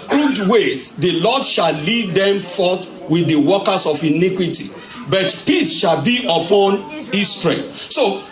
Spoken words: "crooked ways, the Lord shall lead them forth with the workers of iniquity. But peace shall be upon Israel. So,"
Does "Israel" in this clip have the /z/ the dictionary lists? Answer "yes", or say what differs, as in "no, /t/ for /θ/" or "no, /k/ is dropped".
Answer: no, /s/ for /z/